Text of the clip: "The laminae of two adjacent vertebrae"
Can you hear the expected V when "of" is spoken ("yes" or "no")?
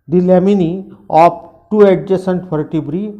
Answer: no